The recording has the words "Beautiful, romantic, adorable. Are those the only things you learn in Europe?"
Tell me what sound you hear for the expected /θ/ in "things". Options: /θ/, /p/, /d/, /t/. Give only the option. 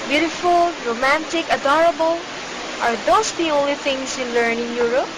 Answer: /t/